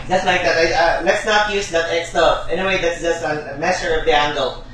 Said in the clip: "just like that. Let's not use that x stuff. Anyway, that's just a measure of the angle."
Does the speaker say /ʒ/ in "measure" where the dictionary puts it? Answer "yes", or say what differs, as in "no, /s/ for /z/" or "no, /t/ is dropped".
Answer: no, /s/ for /ʒ/